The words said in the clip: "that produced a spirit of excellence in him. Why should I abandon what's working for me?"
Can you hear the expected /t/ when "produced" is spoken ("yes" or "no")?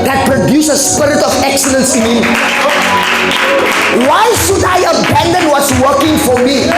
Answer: no